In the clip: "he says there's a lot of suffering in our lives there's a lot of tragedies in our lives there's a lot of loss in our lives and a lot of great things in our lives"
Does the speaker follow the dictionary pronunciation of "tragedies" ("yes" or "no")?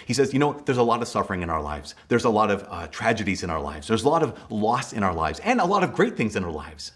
yes